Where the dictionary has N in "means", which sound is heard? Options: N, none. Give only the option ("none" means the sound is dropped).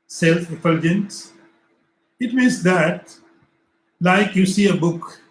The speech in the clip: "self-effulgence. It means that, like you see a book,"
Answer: none